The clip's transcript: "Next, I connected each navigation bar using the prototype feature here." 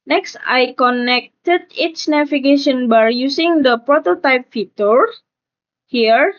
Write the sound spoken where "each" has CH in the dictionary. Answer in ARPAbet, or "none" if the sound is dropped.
S